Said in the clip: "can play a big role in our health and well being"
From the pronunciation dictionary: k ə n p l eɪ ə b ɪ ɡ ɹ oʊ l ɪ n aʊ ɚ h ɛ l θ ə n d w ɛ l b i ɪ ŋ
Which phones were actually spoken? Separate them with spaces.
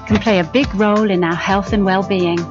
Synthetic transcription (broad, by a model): k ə n p l eɪ ə b ɪ ɡ ɹ oʊ l ɪ n aʊ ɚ h ɛ l θ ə n w ɛ l b i ɪ ŋ